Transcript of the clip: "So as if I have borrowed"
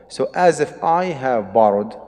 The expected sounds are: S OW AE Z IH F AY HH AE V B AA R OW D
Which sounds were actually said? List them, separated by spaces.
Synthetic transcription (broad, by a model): S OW AE Z IH F AY HH AE V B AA R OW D